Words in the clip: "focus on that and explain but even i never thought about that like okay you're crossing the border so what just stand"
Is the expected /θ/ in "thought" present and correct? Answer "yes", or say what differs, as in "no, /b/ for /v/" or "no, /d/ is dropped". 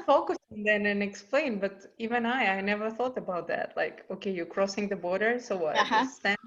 yes